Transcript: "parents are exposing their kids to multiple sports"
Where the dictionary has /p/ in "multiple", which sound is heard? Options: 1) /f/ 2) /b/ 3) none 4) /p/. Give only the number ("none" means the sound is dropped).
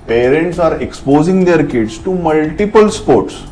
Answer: 4